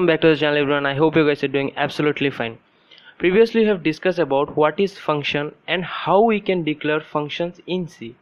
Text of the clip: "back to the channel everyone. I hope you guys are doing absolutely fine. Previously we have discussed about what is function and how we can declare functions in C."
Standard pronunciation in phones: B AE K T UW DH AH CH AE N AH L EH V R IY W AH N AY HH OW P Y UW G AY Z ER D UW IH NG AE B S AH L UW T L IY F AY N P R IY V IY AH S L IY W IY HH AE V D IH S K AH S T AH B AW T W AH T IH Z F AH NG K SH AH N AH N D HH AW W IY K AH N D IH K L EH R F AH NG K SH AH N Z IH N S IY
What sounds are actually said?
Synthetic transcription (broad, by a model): B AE K T UW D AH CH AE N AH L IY B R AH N AY HH OW P Y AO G AY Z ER D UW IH NG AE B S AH L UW T L IY F AY N P R IY V IY AH S L IY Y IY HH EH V D IH S K AH S T AH B AW T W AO T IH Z F AH NG K SH AH N AH N D HH AW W IY K AH N D IH K L EH R F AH NG K SH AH N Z IH N S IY